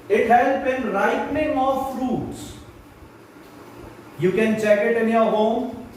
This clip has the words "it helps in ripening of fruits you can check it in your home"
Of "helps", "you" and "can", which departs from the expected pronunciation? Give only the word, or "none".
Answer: helps